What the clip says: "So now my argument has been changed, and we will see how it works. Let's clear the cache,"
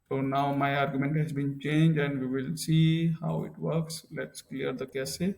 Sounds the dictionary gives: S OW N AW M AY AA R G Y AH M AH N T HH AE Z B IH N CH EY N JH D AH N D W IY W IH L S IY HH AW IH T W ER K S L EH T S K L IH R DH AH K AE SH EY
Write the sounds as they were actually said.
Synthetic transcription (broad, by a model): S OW N AW M AY AA R G Y AH M AH N T HH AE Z B IH N CH EY N JH AH N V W IY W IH L S IY HH AW IH T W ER K S L EH T S K L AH R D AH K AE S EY